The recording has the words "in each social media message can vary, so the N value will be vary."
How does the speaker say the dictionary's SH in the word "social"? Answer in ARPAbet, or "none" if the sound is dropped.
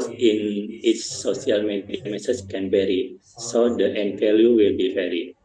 S